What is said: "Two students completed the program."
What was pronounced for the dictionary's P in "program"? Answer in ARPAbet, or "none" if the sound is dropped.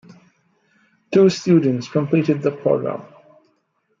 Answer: P